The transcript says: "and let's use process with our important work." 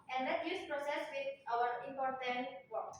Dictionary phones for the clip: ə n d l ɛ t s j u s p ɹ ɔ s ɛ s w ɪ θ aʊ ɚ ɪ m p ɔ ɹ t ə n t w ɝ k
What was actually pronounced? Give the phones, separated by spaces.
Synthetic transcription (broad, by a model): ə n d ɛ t j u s p ɹ ɔ s ɛ s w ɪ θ aʊ ɚ ɪ m p ɔ ɹ t ə n t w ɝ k